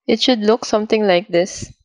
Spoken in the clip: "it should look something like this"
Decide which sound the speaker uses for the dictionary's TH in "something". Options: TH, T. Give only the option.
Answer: T